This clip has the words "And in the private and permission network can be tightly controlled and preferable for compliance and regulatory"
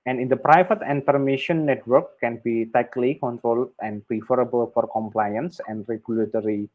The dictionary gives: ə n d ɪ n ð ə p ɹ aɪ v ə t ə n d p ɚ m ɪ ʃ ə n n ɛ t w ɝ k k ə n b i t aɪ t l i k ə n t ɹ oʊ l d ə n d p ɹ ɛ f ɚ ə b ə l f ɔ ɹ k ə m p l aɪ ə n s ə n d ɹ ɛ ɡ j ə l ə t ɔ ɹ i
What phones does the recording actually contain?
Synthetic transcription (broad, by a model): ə n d ɪ n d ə p ɹ aɪ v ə t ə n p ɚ m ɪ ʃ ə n n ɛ t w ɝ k k ə n b i t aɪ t l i k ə n t ɹ oʊ l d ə n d p ɹ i f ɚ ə b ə l f ɔ ɹ k ə m p l aɪ ə n s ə n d ɹ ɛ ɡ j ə l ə t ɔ ɹ i